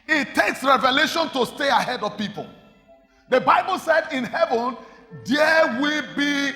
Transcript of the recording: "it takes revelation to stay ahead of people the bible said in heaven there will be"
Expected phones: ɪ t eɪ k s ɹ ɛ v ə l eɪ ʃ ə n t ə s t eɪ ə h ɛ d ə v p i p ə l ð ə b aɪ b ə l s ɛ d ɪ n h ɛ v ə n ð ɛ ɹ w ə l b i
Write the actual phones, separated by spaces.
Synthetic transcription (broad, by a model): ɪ t eɪ k s ɹ ɛ v ə l eɪ ʃ ə n t ə s t eɪ ə h ɛ d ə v p i p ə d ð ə b aɪ b ə l s ɛ d ɪ n h ɛ v ə n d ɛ w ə b i